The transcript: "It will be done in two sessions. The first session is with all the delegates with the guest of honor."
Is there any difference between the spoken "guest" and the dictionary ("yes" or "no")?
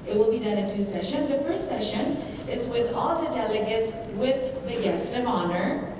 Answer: no